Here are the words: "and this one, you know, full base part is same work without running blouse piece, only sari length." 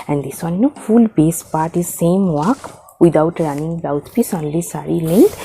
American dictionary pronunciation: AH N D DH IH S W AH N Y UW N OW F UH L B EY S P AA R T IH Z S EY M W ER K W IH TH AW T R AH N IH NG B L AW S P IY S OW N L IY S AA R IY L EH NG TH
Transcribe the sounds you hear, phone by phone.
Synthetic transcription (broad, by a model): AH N D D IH S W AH N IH N OW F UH L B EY S P AA R T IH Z S EY M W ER K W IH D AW T R AH N IH NG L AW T P IY S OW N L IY S AA R IY L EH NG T